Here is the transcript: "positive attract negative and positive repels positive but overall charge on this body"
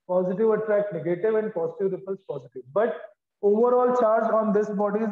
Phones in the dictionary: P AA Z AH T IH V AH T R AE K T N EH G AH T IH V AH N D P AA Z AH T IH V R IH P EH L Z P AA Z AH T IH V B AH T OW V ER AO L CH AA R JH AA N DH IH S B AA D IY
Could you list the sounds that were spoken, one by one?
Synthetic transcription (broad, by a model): P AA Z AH T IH V AH T R AE K T N EH G AH T IH V AH N D P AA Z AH T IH V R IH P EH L S P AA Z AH T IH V B AH T OW V ER AO L CH AA R JH AA N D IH S B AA D IY